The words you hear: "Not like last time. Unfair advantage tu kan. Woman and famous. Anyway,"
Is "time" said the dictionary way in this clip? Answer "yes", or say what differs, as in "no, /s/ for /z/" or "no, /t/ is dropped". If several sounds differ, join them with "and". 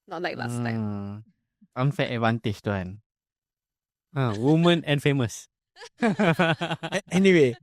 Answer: no, /m/ is dropped